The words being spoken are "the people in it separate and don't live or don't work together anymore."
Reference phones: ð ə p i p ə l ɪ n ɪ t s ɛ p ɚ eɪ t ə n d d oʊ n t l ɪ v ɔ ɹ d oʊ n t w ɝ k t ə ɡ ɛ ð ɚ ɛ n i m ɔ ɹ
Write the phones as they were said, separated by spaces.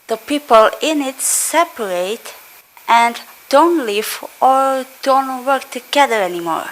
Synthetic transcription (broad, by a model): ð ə p i p ə l ɪ n ɪ t s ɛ p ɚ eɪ t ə n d d oʊ n t l ɪ v ɔ ɹ d oʊ n t w ɝ k t ə ɡ ɛ ð ɚ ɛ n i m ɔ ɹ